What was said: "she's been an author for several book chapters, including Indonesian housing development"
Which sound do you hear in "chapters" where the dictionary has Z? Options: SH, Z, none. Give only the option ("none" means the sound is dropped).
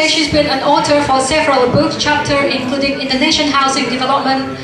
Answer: none